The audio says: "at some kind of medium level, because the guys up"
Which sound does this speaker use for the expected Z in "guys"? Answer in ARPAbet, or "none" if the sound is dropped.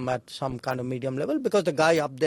none